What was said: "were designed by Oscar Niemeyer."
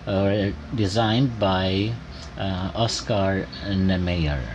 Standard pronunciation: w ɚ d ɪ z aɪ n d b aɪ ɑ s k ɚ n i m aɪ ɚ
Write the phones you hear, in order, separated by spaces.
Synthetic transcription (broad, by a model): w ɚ d ɪ z aɪ n d b aɪ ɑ s k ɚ n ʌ m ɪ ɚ